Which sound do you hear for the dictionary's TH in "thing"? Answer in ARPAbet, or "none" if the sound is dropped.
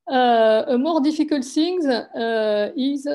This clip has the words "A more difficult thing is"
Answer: S